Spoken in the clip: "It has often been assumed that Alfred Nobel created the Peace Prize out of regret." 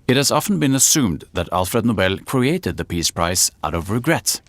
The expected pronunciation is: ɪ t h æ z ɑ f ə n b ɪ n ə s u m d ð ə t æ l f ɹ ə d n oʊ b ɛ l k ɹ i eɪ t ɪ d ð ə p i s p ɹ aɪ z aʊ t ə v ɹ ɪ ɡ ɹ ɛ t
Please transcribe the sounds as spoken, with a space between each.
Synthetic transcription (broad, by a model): ɪ t h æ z ɑ f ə n b ɪ n ə s u m d ð ə t æ l f ɹ ə d n oʊ b ɛ l k ɹ i eɪ t ɪ d ð ə p i s p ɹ aɪ s aʊ t ə v ɹ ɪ ɡ ɹ ɛ t